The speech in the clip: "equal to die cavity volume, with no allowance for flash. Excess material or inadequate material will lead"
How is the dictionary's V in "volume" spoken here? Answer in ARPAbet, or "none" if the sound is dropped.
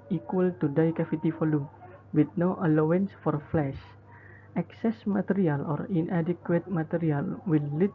F